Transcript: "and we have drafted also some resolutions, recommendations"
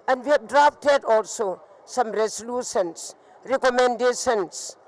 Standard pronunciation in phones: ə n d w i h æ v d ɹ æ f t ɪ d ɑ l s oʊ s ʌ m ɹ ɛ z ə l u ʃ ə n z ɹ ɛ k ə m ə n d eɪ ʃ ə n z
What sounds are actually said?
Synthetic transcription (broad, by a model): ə n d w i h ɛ b d ɹ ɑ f t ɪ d ɑ l s oʊ s ʌ m ɹ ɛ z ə l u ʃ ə n s ɹ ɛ k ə m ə n d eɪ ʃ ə n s